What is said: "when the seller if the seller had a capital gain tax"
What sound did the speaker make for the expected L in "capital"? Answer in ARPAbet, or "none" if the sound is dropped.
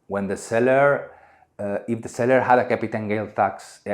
N